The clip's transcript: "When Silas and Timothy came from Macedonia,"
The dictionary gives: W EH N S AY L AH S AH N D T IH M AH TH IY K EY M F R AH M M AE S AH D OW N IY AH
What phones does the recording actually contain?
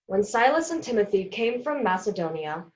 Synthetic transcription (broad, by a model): W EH N S AY L AH S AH N T IH M AH TH IY K EY M F R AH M M AE S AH D OW N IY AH